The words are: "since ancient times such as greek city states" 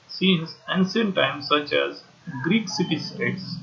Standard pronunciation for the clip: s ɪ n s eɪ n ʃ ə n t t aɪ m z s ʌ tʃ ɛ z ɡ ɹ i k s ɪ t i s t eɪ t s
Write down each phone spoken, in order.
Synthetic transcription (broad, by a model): s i n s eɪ n s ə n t t aɪ m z s ʌ tʃ ɛ z ɡ ɹ i k s ɪ t i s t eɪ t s